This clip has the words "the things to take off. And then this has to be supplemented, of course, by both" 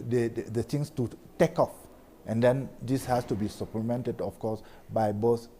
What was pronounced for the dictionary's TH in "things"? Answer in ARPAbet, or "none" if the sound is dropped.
T